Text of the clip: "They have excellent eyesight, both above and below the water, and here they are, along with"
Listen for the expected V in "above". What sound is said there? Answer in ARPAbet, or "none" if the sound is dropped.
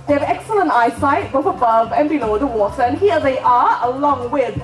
V